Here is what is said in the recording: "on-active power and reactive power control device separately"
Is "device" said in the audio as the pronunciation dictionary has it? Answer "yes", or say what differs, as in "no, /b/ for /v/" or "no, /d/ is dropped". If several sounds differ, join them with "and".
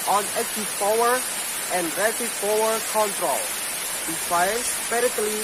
no, /f/ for /v/